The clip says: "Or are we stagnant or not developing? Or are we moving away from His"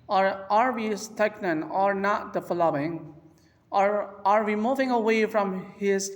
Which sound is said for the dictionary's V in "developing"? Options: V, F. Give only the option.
F